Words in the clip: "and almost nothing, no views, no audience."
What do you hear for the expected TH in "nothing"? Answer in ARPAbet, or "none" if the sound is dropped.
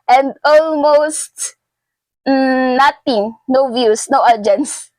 T